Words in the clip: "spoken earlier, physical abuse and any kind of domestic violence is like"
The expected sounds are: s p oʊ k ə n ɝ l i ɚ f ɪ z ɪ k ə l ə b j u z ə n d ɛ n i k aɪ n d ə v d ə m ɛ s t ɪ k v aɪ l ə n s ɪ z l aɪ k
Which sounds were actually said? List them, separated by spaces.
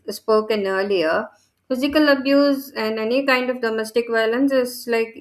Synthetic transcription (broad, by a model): s p oʊ k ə n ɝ l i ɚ f ɪ z ɪ k ə l ə b j u z ə n d ɛ n i k aɪ n d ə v d ə m ɛ s t ɪ k v aɪ l ə n s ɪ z l aɪ k